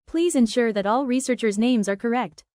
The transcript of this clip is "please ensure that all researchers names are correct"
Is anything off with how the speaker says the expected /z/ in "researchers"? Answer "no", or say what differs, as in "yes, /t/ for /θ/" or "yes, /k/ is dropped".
no